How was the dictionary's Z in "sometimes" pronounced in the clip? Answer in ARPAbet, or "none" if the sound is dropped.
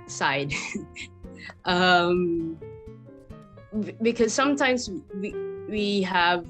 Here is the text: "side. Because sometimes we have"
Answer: Z